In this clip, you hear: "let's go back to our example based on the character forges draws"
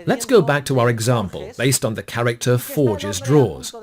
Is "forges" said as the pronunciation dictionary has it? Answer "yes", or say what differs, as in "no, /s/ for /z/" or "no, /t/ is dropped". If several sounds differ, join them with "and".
yes